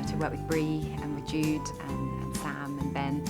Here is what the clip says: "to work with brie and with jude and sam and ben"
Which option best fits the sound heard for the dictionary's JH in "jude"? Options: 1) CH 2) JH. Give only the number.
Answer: 2